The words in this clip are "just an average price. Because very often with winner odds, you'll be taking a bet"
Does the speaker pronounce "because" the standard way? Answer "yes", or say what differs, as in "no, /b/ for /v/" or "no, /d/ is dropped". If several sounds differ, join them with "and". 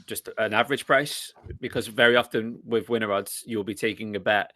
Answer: yes